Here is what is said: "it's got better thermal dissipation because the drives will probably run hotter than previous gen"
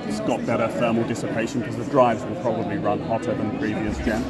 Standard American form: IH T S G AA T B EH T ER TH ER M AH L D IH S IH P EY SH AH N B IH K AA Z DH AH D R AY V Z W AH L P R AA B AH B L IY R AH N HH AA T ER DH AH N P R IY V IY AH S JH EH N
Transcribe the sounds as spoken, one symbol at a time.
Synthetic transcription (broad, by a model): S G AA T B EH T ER F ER M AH L D IH S IH P EY SH AH N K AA Z DH AH D R AY V Z W AH L P R AA B AH B L IY R AH N HH AA T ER DH AH N P R IY V IY AH S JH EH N